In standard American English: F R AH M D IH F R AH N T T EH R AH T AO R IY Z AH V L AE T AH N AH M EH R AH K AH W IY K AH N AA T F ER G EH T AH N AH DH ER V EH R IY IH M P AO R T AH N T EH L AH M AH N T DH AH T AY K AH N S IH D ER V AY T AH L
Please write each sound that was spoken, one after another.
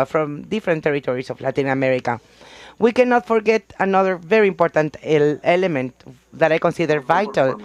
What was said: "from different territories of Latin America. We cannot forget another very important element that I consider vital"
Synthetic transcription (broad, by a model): F R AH M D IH F R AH N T T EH R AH T AO R IY S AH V L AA T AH N AH M EH R AH K AH W IY K AH N AA T F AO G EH T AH N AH DH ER V EH R IY IH M P AO R T AH N T EH L AH M AH N T DH AH T AY K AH N S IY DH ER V AY T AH L